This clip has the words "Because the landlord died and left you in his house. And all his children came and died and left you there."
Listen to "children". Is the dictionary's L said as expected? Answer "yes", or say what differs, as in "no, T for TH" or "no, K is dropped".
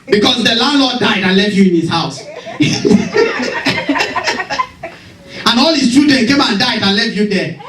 no, L is dropped